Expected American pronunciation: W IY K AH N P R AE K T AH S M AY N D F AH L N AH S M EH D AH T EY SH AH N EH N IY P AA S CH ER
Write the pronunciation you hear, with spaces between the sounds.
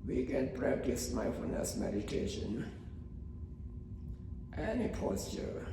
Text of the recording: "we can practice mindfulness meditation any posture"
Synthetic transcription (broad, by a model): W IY K AH N P R AE K T AH S M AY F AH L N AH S M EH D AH T EY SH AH N EH N IY P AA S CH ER